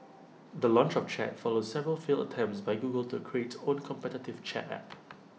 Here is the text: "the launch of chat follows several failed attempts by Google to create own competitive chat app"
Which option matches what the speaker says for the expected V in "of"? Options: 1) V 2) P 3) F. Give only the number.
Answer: 2